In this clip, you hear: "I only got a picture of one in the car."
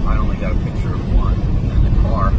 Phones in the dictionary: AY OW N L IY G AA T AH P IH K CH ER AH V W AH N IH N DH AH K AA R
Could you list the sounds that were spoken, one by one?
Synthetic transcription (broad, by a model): AY OW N L IY G AA T AH P IH K CH ER AH V W AH N IH N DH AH K AA R